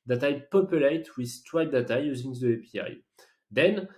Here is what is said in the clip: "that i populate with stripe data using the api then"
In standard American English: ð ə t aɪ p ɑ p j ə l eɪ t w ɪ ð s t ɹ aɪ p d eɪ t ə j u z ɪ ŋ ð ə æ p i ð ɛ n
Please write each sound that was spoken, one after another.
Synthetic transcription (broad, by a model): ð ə t aɪ p ɑ p j ə l eɪ t w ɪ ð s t w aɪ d d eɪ t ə j u z ɪ ŋ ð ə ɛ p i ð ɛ n